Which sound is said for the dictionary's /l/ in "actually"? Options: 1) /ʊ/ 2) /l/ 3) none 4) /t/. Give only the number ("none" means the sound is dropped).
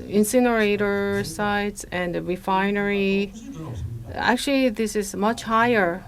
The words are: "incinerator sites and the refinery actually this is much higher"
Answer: 2